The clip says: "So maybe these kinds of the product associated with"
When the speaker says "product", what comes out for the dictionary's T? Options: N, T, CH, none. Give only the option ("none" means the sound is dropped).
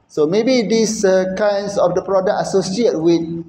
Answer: none